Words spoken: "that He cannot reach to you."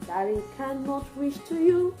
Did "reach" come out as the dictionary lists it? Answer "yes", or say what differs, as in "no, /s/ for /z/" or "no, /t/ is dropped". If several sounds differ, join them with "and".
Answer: no, /ʃ/ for /tʃ/